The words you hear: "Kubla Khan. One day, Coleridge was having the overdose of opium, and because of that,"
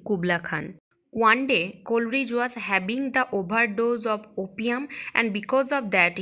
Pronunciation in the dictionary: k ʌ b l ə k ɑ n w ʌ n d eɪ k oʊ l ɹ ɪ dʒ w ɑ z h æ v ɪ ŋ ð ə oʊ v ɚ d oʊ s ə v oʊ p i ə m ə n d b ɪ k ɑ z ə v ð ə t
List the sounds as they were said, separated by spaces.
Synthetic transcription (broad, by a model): k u b l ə k ɑ n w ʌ n d eɪ k oʊ l ɹ ɪ dʒ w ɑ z h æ b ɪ ŋ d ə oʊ b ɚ d oʊ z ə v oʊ p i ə m ə n d b ɪ k ɑ z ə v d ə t